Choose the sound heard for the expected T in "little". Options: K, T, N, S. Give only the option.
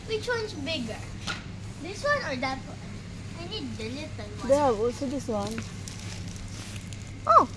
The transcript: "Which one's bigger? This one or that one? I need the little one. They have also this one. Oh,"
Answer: S